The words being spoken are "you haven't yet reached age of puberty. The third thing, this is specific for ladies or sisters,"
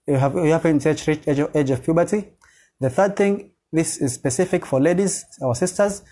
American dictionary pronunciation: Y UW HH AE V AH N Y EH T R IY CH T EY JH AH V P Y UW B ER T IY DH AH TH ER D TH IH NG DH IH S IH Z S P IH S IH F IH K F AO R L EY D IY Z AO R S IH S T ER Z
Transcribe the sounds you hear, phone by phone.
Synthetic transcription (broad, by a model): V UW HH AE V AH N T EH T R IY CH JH EY JH AH V P Y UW B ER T IY DH AH TH ER D TH IH NG DH IH S IH Z S P IH S IH F IH K F AO R L EY D IY Z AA W S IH S T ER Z